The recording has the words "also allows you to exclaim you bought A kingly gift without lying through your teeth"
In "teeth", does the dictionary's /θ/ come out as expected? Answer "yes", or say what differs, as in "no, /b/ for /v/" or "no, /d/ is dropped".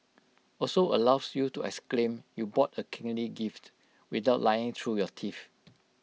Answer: no, /f/ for /θ/